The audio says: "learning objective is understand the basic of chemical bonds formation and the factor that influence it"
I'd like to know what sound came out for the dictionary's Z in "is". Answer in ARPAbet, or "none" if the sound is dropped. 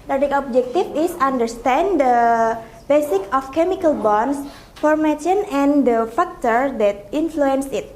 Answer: S